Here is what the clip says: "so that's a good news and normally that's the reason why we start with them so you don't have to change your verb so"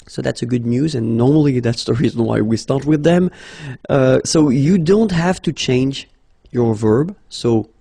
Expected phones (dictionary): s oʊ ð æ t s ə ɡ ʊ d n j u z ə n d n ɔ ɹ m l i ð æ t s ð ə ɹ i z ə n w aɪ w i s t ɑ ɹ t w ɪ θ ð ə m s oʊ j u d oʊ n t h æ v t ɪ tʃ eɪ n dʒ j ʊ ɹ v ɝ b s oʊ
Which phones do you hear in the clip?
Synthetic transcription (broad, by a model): s oʊ ð æ t s ə ɡ ʊ d n j u z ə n n ɔ ɹ m l i ð æ t s ð ə ɹ i z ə n w aɪ w i s t ɑ ɹ t w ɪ ð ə m s oʊ j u d oʊ n t h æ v t ɪ tʃ eɪ n dʒ j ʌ ɹ v ɝ b s oʊ